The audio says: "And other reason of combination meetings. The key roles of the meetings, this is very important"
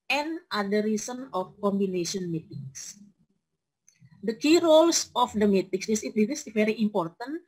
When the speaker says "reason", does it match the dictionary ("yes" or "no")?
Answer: no